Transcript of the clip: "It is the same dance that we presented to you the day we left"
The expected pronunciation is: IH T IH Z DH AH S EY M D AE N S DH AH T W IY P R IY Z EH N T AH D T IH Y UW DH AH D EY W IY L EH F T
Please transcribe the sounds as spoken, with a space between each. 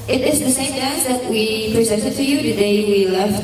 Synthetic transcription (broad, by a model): IH T IH Z DH AH S EY M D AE S DH AH T W IY P R IY Z EH N T AH D T IH Y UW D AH D EY W IY L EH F